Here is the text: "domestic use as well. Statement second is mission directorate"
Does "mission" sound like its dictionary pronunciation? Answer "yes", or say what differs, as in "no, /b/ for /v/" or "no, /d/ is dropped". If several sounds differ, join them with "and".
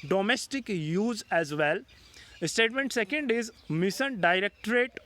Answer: no, /s/ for /ʃ/